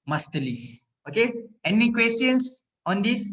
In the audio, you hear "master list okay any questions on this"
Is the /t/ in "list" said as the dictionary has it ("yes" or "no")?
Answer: no